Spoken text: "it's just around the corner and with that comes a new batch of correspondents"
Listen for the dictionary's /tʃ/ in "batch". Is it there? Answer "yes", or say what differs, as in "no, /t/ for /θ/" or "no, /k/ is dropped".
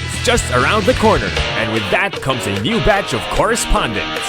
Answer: yes